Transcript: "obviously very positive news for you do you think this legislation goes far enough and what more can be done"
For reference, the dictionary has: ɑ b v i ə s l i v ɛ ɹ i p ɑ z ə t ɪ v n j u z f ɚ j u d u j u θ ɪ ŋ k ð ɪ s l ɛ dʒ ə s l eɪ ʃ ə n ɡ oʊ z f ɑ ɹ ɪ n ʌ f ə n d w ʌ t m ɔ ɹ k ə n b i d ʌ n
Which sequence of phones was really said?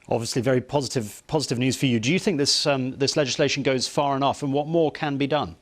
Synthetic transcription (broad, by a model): ɑ b v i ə s l i v ɛ ɹ i p ɑ z ə t ɪ v n j u z f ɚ j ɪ d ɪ j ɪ θ ɪ ŋ k ð ɪ s l ɛ dʒ ə s l eɪ ʃ ə n ɡ oʊ z f ɑ ɹ ɪ n ʌ f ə n w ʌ t m ɔ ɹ k ə n b i d ʌ n